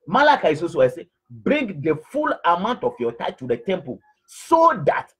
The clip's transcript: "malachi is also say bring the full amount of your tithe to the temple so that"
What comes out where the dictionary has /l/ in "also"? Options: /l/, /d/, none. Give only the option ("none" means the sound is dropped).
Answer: none